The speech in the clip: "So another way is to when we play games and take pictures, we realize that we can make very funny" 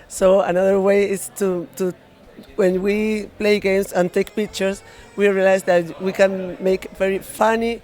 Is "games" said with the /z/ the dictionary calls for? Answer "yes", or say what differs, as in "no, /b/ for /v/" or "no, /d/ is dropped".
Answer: no, /s/ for /z/